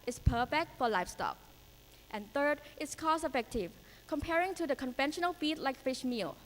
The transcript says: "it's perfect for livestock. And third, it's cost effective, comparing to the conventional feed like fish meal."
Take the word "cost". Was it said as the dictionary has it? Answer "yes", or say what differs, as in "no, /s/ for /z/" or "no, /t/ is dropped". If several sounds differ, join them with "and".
no, /t/ is dropped